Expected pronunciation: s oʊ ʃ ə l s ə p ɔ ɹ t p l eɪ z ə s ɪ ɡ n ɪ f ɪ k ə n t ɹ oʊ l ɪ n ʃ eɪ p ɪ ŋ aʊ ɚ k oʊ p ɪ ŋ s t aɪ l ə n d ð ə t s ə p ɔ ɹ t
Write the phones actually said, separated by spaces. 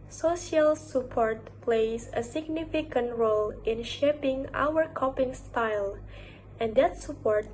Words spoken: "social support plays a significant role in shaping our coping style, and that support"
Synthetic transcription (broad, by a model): s oʊ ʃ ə l s ə p ɔ ɹ t p l eɪ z ə s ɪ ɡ n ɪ f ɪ k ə n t ɹ oʊ l ɪ n ʃ eɪ p ɪ ŋ aʊ ɚ k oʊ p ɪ ŋ s t aɪ l ə n d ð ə t s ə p ɔ ɹ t